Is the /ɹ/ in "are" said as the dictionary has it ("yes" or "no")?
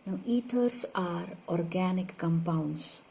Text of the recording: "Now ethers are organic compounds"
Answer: yes